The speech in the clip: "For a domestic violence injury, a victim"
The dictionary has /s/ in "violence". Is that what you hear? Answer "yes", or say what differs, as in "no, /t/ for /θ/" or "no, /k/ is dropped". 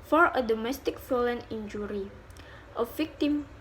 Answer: no, /s/ is dropped